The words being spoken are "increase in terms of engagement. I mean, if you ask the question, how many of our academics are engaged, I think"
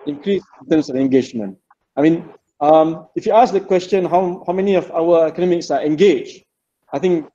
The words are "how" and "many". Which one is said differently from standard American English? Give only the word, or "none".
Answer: none